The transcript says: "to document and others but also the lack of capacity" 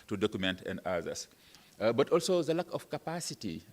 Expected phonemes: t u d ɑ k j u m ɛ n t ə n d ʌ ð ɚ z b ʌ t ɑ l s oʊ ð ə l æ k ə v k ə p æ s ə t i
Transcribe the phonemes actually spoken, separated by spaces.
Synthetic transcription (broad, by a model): t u d ɑ k j u m ɛ n t ə n d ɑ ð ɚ s b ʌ t ɑ l s oʊ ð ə l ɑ k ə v k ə p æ s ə t i